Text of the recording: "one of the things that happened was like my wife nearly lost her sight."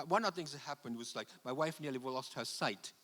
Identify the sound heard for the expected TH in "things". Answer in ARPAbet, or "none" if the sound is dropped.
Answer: TH